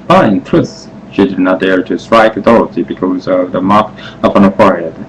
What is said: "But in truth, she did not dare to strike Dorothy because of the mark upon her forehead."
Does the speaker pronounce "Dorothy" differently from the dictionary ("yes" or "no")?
yes